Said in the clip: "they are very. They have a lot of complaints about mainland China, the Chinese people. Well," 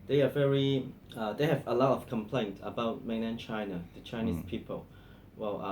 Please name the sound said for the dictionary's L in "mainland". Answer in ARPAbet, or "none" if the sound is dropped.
none